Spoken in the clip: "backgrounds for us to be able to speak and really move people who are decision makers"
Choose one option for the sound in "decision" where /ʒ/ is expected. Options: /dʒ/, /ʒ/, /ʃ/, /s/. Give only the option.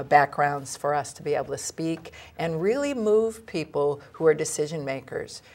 /ʒ/